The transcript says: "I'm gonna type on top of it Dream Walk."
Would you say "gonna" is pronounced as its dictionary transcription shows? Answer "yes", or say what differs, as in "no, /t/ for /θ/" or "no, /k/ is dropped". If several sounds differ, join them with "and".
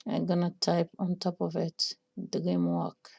yes